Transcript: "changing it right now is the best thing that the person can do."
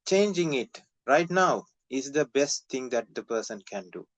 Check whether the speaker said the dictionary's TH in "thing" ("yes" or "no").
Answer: no